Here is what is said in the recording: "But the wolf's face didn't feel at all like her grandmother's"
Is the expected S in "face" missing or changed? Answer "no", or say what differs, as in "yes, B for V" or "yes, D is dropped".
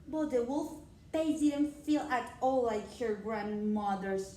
yes, S is dropped